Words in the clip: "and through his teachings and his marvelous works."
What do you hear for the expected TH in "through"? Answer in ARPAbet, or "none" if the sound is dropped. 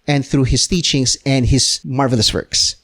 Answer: TH